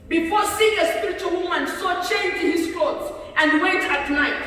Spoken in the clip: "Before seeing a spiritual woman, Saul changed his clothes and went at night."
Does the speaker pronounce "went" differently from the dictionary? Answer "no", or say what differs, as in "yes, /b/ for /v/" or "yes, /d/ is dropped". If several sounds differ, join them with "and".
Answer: yes, /n/ is dropped